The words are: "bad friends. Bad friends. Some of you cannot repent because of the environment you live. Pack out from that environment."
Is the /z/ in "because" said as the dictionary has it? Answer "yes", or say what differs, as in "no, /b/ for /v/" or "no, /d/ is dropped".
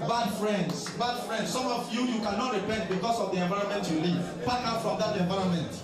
no, /s/ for /z/